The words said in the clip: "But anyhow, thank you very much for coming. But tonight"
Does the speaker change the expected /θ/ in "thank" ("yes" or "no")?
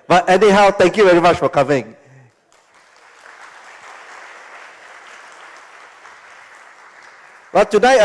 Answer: yes